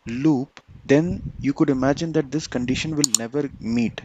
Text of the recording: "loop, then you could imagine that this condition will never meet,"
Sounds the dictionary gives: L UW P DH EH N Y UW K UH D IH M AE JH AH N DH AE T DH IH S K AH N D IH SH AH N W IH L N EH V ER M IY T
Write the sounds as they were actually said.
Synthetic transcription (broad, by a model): L UW P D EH N Y UW K UH D IH M AE JH AH N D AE T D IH S K AH N D IH SH AH N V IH L N EH V ER M IY T